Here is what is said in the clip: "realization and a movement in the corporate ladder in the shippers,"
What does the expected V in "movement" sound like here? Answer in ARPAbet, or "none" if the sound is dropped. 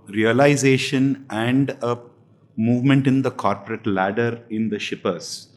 V